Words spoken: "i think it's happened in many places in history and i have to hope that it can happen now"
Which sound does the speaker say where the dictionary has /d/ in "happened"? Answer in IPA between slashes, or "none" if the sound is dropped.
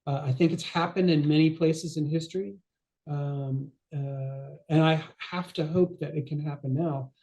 /d/